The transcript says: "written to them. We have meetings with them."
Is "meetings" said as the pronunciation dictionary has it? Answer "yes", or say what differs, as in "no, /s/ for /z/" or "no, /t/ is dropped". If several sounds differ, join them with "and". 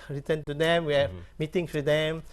no, /s/ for /z/